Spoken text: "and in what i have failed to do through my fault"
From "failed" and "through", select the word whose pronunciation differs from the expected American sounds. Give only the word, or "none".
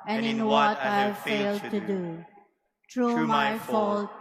through